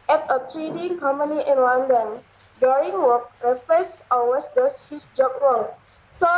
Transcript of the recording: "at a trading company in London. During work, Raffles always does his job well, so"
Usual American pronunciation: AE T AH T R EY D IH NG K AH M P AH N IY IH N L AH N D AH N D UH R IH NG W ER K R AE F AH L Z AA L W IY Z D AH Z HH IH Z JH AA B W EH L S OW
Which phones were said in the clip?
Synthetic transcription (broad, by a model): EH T AH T R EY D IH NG K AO M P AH N IY IH N L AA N D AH N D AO R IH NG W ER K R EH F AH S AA W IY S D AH S HH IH S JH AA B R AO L S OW